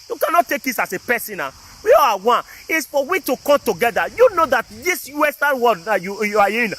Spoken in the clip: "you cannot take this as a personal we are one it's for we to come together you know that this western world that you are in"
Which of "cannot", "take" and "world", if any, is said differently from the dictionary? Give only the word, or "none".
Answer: world